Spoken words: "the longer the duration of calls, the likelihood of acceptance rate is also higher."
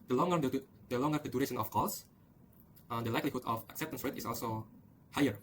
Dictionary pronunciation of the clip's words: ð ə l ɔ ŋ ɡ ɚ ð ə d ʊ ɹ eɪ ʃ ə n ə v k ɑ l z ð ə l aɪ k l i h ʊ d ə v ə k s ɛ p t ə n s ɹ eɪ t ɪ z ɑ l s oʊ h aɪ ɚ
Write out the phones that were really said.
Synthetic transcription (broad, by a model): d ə l ɔ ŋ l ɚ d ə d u ɹ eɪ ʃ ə n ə f k ɑ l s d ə l aɪ k l i h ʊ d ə f ə k s ɛ p t ə n s ɹ eɪ t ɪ s ɑ l s oʊ h aɪ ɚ